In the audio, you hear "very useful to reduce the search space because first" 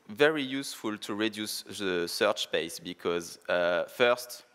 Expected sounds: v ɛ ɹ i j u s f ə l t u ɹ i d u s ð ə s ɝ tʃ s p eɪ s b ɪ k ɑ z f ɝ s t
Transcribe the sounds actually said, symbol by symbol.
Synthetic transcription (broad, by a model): v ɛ ɹ i j u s f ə l t u ɹ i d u s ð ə s ɝ tʃ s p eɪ s b ɪ k ɑ z f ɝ s t